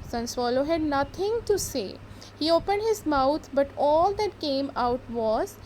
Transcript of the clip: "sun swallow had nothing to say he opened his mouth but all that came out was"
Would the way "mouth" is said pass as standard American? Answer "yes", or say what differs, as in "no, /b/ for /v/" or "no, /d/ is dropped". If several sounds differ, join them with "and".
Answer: no, /t/ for /θ/